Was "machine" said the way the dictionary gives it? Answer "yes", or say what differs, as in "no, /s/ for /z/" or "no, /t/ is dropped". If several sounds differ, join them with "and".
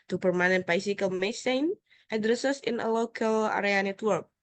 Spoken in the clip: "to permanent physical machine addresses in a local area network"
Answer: no, /s/ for /ʃ/